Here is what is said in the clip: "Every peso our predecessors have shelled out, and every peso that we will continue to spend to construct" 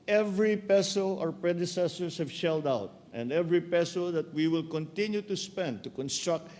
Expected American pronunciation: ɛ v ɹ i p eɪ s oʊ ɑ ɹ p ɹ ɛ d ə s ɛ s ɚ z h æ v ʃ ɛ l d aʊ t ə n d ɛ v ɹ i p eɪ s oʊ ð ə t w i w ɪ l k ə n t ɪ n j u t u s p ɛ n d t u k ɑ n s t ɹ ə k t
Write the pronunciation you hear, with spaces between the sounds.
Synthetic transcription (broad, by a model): ɛ v ɹ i p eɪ s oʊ ɑ ɹ p ɹ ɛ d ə s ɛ s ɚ s h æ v ʃ ɛ l d aʊ t ə n d ɛ v ɹ i p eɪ s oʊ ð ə t w i w ɪ l k ə n t ɪ n j u t u s p ɛ n d t u k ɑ n s t ɹ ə k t